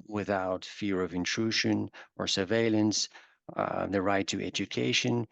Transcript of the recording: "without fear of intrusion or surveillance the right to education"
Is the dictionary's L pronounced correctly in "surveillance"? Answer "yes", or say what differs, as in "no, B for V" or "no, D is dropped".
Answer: yes